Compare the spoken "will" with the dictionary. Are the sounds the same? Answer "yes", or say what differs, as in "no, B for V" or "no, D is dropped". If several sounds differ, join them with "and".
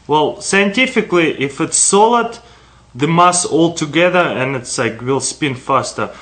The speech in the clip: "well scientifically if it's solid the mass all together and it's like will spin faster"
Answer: yes